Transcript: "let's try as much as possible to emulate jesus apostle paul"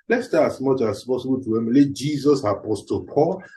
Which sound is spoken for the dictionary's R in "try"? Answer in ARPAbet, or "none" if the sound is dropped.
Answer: none